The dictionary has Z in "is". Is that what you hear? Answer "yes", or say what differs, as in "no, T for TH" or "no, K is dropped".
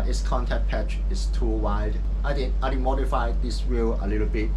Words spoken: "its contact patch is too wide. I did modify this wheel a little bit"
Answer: no, S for Z